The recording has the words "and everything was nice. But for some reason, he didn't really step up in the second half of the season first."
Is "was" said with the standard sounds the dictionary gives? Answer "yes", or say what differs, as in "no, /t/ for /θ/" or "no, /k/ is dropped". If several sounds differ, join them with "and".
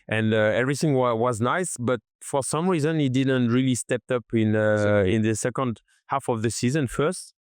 yes